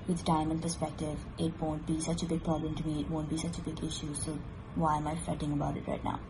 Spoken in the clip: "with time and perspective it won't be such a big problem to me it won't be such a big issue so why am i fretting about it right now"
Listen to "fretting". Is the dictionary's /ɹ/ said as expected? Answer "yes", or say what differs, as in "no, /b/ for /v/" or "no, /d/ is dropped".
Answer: no, /ɹ/ is dropped